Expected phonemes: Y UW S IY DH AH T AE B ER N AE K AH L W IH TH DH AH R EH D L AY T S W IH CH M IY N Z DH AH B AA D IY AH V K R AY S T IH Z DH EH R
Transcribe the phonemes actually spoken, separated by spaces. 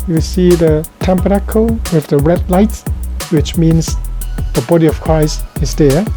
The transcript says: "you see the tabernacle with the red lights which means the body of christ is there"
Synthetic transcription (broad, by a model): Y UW S IY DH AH T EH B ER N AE K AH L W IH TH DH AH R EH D L AY T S W IH CH M IY N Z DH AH B AA D IY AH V K R AY S T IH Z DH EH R